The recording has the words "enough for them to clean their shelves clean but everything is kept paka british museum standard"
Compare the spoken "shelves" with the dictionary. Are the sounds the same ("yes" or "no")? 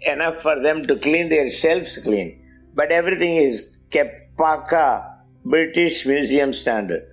no